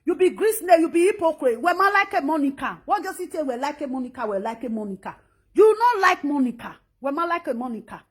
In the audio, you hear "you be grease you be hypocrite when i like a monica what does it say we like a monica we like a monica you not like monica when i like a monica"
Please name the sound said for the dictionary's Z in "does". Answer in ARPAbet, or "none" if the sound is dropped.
S